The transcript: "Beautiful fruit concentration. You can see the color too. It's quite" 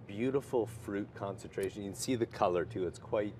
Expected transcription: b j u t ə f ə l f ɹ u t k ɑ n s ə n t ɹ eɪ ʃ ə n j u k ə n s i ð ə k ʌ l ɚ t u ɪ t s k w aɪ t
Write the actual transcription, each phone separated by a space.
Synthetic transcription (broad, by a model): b j u t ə f l f ɹ u t k ɑ n s ə n t ɹ eɪ ʃ ə n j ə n s i ð ə k ʌ l ɚ t u ɪ t s k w aɪ t